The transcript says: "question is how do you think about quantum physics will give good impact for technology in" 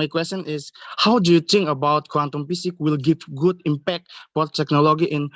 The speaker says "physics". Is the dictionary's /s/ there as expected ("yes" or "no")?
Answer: no